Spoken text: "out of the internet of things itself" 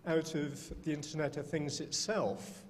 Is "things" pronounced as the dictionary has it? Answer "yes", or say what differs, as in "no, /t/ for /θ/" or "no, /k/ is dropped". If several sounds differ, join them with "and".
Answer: yes